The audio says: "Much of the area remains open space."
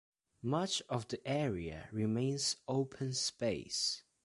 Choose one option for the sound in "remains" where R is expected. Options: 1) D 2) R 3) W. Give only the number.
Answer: 2